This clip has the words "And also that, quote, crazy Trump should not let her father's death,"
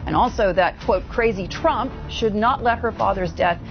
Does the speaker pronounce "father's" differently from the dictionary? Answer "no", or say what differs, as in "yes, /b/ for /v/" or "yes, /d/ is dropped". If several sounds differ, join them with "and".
no